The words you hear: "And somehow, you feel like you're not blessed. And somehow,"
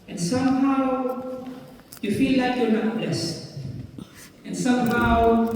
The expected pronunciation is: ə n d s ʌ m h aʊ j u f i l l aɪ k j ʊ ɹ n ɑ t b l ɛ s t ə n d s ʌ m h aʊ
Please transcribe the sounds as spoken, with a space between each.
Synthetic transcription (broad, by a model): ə n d s ʌ m h aʊ j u f i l l aɪ k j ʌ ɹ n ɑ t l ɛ s ə n s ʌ m h aʊ